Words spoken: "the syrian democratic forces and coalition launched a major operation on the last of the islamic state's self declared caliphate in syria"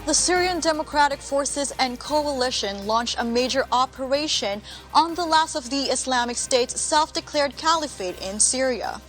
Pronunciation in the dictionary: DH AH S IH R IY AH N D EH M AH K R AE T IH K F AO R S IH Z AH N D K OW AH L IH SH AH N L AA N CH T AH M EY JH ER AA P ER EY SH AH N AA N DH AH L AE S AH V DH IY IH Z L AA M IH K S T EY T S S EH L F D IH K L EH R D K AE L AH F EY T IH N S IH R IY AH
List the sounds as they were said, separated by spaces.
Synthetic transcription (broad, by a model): DH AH S IH R IY AH N D EH M AH K R AE T IH K F AO R S IH Z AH N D K OW AH L IH SH AH N L AA N CH T AH M EY JH ER AA P ER EY SH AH N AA N DH AH L AE S AH V DH IY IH S L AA M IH K S T EY T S S EH L F D IH K L EH R D K AE L AH F EY T IH N S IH R IY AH